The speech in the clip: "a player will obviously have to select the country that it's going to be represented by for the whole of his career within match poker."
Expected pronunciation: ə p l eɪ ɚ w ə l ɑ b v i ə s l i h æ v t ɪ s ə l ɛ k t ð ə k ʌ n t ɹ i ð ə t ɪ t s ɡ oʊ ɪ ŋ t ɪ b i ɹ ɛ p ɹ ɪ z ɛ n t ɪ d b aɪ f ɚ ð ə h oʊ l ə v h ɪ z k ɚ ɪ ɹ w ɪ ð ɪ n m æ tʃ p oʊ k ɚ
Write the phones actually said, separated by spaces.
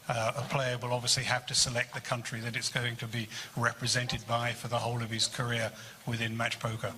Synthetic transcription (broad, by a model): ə p l eɪ ɚ w ə l ɑ b v i ə s l i h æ f t ɪ s ə l ɛ k t ð ə k ʌ n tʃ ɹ i ð ə t ɪ t s ɡ oʊ ɪ ŋ t ɪ b i ɹ ɛ p ɹ ɪ z ɛ n t ɪ d b aɪ f ɚ ð ə h oʊ l ə v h ɪ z k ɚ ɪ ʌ w ɪ ð ɪ n m æ tʃ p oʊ k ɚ